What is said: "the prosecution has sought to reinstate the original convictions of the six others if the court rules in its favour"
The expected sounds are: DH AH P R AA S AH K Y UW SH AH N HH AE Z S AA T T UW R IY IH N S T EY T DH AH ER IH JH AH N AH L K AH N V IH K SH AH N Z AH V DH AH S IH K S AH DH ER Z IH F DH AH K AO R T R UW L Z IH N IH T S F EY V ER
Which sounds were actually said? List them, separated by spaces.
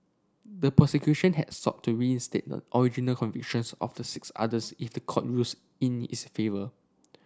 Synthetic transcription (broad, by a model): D AH P AH S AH K Y UW SH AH N HH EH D S AA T T UW R IY IH N S T EY T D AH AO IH JH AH N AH L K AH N V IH K SH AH N S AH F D AH S IH K S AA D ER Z IH F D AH K AO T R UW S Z IH N IH T S F EY V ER